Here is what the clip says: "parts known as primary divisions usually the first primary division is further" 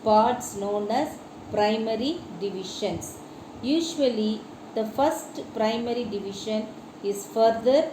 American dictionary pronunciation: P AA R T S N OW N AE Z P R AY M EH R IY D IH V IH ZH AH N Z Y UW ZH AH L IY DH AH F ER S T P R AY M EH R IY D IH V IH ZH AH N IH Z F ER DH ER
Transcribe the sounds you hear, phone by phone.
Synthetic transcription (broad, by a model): P AA R T S N OW N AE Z P R AY M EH R IY D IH V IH SH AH N S Y UW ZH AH L IY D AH F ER S T P R AY M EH R IY D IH V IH SH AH N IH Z F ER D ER